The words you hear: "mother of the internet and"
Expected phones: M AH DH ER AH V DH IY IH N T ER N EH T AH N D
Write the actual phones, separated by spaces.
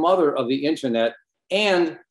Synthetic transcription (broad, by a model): M AH DH ER AH V DH IY IH N T ER N EH T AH N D